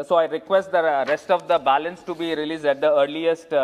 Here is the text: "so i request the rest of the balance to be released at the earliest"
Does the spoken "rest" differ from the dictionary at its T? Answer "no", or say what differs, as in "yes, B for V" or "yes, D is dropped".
no